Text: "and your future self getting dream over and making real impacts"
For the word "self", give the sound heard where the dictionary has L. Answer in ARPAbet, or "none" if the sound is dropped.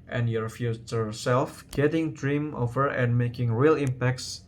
L